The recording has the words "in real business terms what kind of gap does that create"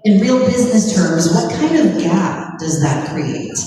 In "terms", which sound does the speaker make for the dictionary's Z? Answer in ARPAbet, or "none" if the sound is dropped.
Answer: Z